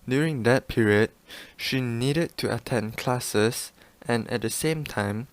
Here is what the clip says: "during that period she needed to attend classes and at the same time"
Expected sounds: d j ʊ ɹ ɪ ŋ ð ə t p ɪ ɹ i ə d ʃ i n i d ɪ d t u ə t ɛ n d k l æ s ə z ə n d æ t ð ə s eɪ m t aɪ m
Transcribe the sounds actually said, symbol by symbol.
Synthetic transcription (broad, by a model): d j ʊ ɹ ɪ ŋ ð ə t p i ɹ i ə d ʃ i n i d ɪ d t u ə t ɛ n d k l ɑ s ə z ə n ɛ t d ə s eɪ m t aɪ m